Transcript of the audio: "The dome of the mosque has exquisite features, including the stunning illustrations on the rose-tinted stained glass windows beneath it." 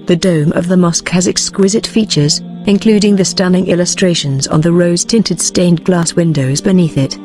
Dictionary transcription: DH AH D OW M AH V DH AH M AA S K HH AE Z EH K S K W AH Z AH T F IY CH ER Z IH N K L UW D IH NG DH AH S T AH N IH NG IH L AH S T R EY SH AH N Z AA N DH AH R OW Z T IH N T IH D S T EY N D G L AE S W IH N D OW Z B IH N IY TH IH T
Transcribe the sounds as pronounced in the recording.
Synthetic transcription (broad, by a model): DH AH D OW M AH V DH AH M AA S K HH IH Z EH K S K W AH Z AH T F IY CH ER Z IH N K L UW D IH NG DH AH S T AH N IH NG IH L AH S T R EY SH AH N Z N DH AH R OW Z T IH N T IH D S T EY N G L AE S W IH N D OW Z B IH N IY TH IH T